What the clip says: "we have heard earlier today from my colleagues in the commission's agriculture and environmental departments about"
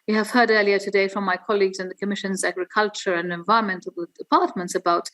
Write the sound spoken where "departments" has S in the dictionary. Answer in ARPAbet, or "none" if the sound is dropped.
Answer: S